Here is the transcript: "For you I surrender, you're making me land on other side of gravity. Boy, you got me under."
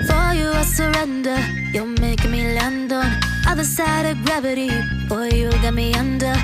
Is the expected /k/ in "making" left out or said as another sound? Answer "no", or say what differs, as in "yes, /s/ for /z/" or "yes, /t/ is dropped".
yes, /k/ is dropped